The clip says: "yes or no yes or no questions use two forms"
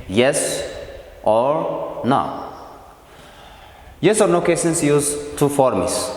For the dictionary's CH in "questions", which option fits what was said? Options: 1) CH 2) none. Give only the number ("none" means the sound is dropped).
2